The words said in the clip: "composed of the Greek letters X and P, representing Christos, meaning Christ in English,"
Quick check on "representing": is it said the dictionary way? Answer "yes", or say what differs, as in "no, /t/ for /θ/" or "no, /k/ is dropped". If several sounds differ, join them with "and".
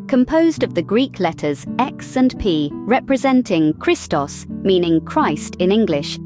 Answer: yes